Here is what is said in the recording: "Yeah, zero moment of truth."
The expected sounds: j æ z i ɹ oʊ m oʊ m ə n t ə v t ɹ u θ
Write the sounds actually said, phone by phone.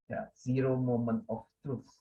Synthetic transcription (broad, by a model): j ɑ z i ɹ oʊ m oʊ m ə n ə f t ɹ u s